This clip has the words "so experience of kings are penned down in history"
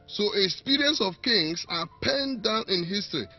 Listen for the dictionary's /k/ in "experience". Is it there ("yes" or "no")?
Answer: no